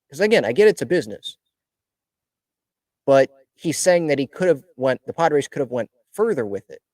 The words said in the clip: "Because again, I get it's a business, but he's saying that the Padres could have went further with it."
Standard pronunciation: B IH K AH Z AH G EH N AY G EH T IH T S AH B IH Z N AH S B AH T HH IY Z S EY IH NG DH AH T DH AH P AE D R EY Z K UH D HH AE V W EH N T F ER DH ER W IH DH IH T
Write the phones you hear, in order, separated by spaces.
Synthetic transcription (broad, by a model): K AH Z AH G EH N AY G EH T IH T S AH B IH Z N AH S B AH T HH IY Z S EY IH NG DH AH T DH AH P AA D R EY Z K UH D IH V W EH N T F ER DH ER W IH DH IH T